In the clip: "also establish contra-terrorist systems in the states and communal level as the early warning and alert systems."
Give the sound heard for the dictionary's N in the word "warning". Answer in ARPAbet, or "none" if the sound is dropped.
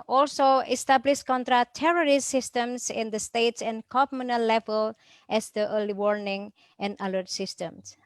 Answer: N